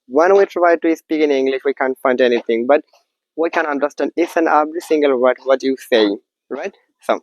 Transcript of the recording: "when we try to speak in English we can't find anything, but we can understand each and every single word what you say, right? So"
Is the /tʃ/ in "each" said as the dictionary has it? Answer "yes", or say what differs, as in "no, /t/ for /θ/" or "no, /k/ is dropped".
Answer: no, /s/ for /tʃ/